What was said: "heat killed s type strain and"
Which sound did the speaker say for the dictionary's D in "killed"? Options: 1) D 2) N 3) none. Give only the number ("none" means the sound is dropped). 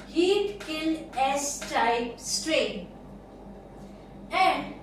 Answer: 3